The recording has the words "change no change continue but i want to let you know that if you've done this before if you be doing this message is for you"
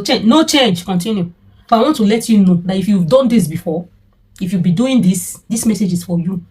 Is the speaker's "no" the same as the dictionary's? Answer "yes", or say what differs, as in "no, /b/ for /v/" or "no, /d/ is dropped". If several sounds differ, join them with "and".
yes